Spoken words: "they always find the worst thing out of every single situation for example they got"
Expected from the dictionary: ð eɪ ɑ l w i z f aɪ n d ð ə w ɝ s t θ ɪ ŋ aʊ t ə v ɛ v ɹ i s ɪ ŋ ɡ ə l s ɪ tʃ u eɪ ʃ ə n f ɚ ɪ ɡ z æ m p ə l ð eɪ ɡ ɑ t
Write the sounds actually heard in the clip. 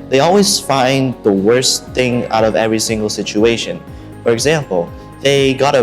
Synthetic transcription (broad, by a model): ð eɪ ɑ l w i z f aɪ n ð ə w ɝ s θ ɪ ŋ aʊ t ə v ɛ v ɹ i s ɪ ŋ ɡ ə l s ɪ tʃ u eɪ ʃ ə n f ɚ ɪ ɡ z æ m p l ð eɪ ɡ ɑ t